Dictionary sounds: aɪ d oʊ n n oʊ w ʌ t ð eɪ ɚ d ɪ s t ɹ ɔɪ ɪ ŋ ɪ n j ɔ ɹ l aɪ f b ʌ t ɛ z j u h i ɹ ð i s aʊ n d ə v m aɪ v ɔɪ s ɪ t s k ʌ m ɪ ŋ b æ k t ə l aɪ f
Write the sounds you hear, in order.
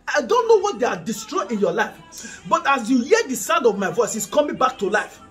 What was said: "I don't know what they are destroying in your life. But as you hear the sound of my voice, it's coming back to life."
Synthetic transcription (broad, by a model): aɪ d oʊ n n oʊ w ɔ t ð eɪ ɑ d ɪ s t ɹ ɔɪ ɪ ɪ n j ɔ l aɪ f b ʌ t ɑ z j u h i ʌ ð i s aʊ n d ə v m aɪ v ɔɪ s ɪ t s k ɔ m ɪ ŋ b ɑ k t ə l aɪ f